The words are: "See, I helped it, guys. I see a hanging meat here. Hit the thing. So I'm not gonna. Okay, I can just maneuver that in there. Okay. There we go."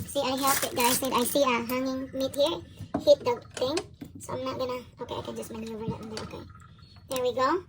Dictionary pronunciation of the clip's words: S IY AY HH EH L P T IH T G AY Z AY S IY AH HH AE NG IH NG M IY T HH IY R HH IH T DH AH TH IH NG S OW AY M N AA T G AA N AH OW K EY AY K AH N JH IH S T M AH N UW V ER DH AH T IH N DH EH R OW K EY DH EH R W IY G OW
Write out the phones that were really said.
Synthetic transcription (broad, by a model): S IY AY HH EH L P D IH T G AY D AY S IY AH HH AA NG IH NG M IY T HH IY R HH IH T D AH T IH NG S OW AY M N AA T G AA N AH OW K EY AY K AH N JH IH S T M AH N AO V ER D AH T IH N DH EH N OW K EY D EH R W IY G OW